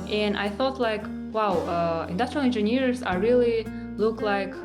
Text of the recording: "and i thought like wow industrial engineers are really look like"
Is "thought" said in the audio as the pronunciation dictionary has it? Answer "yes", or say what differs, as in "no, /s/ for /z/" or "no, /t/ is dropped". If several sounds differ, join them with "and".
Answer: yes